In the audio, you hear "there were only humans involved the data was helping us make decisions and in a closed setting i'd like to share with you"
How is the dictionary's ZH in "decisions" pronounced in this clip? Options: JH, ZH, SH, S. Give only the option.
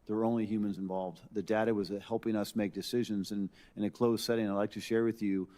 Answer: ZH